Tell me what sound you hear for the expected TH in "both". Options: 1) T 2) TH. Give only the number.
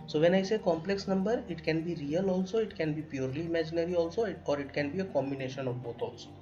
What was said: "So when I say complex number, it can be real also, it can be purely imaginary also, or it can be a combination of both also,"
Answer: 1